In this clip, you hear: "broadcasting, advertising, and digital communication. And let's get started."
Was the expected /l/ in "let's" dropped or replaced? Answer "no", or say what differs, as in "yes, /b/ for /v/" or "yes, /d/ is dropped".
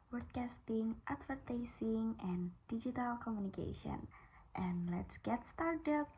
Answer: no